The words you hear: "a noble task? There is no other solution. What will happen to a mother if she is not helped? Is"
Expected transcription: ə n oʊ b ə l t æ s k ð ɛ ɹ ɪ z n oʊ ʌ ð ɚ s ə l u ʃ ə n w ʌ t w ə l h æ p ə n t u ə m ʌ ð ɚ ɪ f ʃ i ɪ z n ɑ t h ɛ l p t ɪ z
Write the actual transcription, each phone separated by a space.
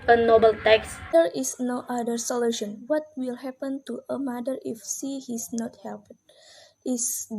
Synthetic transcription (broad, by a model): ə n oʊ b ə l t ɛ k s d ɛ ɹ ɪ s n oʊ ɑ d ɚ s ə l u ʃ ə n w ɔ t w ə l h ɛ p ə n t u ə m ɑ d ɚ ɪ f s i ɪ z n ɑ t h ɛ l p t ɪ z